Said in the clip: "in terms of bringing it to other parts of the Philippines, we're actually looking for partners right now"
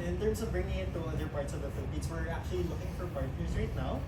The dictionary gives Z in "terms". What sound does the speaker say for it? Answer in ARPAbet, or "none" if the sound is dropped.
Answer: S